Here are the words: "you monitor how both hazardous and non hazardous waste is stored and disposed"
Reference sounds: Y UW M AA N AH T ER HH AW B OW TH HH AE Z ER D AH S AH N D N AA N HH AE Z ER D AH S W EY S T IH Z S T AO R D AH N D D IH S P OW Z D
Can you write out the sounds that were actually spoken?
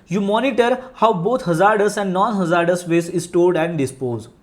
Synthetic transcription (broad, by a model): Y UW M AA N AH T ER HH AW B OW T HH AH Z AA D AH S AH N D N AA N HH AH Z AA D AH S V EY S IH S T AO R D AH N D D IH S P OW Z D